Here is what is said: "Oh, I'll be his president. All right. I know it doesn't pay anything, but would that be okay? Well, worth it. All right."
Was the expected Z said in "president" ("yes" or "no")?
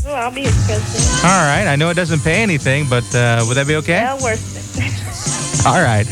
no